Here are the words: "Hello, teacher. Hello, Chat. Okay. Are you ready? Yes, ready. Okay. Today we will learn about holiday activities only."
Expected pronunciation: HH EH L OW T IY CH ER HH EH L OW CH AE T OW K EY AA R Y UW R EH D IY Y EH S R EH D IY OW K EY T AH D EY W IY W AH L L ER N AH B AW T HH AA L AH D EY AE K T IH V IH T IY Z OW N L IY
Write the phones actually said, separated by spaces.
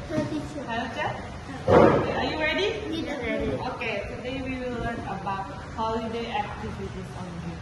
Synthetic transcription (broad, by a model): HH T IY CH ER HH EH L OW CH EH OW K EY AA R Y UW R EH D IY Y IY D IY OW K EY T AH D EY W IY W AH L L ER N AH B AW T HH AA L AH D EY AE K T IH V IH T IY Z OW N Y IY